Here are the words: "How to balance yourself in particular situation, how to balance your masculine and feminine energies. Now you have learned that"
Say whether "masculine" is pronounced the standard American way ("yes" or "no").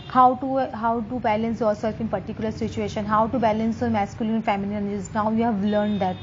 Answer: no